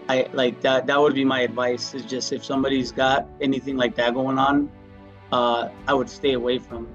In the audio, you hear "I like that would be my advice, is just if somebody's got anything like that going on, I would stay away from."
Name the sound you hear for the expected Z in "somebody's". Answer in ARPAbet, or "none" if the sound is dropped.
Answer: Z